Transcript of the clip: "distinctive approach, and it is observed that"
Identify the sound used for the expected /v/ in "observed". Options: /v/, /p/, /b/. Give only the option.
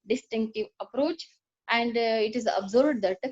/b/